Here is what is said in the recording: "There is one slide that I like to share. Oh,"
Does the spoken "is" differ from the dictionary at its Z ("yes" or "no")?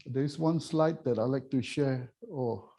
yes